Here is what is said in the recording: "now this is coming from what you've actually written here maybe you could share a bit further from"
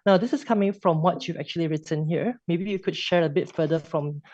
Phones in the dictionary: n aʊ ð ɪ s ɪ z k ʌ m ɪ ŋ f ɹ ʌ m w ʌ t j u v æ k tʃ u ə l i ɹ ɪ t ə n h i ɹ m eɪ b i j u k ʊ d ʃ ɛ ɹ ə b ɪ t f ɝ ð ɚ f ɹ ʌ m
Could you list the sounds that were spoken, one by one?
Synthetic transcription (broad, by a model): n aʊ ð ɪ s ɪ s k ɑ m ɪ ŋ f ɹ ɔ m w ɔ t j u v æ k tʃ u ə l i ɹ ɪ t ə n h i ɹ m eɪ b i j u k ʊ d ʃ ɛ ɹ ə b ɪ t f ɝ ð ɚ f ɹ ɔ m